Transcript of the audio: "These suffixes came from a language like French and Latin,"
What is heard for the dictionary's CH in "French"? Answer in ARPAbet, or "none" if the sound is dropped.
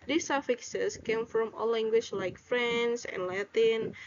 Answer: S